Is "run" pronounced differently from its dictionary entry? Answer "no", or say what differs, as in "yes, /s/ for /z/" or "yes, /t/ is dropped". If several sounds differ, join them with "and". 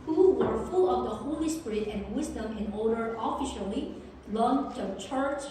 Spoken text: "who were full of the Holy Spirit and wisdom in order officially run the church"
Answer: yes, /l/ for /ɹ/